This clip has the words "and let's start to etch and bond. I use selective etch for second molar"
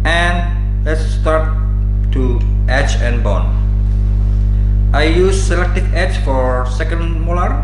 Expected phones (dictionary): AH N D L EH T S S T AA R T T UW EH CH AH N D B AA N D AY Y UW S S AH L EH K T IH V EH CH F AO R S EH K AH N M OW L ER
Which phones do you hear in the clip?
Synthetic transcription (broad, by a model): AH N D L EH T S S T AA R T T UW EH CH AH N B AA N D AY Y UW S S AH L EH K T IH F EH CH F AO R S EH K AH N M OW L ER